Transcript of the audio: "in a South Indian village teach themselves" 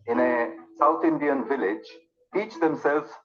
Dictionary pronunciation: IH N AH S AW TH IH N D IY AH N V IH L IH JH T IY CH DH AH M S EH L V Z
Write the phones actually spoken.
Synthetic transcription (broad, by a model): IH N AH S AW T IH N D IY AH N V IH L IH JH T IY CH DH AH M S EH L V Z